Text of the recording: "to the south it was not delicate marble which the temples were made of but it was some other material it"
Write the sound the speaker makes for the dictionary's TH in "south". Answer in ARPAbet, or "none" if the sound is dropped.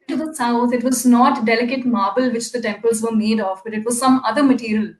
T